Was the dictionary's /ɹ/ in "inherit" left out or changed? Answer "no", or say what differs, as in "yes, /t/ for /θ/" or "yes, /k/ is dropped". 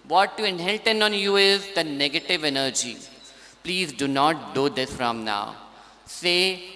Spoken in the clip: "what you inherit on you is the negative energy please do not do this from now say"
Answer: yes, /l/ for /ɹ/